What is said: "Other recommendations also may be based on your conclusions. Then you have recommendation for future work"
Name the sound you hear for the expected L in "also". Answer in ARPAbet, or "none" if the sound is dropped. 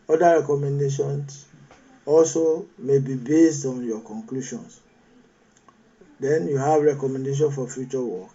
L